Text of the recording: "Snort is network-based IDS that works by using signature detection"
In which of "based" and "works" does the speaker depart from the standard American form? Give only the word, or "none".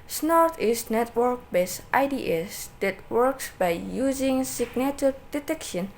none